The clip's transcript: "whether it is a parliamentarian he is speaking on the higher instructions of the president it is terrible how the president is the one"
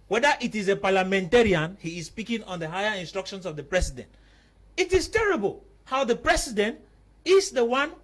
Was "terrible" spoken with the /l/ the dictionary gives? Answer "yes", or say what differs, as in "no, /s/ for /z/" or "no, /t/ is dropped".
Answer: yes